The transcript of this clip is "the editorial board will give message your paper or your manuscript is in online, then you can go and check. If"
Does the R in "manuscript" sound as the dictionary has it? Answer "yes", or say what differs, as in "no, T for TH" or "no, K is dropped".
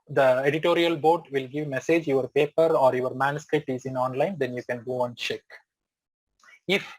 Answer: yes